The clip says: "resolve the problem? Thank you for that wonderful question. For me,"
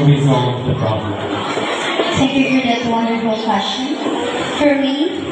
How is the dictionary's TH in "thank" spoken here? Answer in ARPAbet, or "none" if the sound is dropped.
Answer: T